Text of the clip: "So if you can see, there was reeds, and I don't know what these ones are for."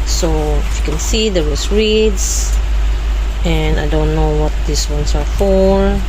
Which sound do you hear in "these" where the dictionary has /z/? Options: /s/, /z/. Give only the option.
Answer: /s/